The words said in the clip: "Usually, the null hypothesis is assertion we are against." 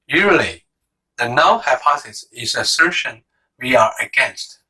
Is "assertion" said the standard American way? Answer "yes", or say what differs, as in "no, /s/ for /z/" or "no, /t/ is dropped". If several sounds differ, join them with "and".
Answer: yes